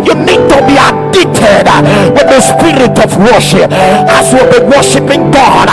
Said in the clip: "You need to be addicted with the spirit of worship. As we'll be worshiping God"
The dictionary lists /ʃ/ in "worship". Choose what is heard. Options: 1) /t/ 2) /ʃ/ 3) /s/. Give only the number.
2